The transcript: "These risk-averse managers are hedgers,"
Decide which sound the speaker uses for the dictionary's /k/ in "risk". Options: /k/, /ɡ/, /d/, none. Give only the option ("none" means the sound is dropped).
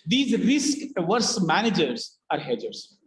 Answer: /k/